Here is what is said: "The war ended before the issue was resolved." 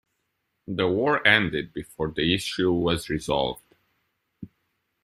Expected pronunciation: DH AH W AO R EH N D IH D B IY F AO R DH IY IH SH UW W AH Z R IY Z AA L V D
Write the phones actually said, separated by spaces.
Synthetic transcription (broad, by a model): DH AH W AO R EH N D IH D B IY F AO R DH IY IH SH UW W AH Z R IY Z AA L V D